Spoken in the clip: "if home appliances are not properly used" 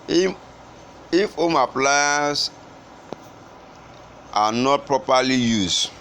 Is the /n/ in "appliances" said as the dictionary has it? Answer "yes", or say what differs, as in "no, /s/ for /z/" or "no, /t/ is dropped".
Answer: no, /n/ is dropped